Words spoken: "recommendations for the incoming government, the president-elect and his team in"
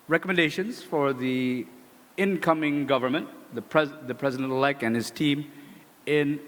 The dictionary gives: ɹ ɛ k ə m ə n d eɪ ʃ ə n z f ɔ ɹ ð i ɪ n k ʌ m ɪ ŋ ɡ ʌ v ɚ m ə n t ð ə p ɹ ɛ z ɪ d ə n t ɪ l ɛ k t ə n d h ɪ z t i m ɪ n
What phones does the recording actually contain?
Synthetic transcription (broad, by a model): ɹ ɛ k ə m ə n d eɪ ʃ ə n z f ɔ ɹ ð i ɪ n k ʌ m ɪ ŋ ɡ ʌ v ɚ m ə n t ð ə p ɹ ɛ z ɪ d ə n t l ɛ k ə n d h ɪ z t i m ɪ n